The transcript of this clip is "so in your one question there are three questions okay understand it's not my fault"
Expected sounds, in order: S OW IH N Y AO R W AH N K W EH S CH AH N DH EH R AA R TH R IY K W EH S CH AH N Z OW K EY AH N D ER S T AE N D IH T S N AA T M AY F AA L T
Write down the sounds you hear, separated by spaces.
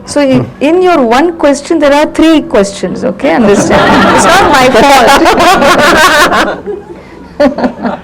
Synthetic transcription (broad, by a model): S OW IH N Y AO R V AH N K W EH S CH AH N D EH R AA R T R IY K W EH S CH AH N S OW K EY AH N D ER S T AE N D IH T S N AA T M AY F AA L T